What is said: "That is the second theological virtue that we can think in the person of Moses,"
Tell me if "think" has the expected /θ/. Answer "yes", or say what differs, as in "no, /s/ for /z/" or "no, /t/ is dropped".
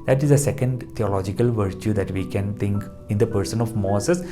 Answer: no, /t/ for /θ/